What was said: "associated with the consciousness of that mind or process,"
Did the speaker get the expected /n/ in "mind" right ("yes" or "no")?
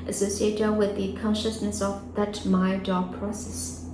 no